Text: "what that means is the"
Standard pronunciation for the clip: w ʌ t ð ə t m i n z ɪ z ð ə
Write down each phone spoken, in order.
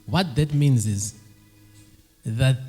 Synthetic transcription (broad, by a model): w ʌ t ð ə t m i n z ɪ z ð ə